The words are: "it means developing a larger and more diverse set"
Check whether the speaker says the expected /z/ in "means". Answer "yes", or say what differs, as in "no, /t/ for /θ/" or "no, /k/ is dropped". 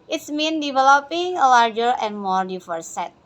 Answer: no, /z/ is dropped